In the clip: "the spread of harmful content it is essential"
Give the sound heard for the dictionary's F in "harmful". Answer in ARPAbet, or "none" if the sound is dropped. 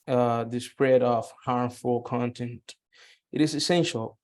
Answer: F